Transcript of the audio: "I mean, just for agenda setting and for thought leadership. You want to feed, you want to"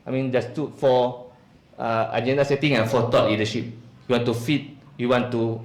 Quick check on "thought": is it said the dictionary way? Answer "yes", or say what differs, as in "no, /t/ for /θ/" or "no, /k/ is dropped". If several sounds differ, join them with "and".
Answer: no, /t/ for /θ/